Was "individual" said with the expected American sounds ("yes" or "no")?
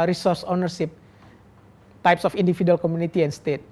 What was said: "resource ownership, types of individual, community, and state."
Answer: no